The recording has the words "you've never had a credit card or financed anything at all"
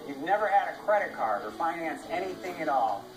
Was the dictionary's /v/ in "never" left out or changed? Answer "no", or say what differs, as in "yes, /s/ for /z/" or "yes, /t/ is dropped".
no